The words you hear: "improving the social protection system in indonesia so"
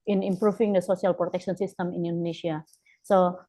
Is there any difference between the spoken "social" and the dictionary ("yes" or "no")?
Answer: yes